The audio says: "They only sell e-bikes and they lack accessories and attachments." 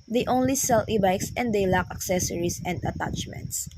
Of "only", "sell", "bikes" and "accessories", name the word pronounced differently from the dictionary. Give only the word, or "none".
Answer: accessories